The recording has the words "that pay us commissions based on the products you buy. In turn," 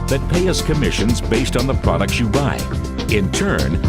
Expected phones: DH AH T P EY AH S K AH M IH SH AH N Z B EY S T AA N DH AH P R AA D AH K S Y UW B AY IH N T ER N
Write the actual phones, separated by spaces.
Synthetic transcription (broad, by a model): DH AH T P EY AH S K AH M IH SH AH N Z B EY S T N DH AH P R AA D AH K S Y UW B AY IH N T ER N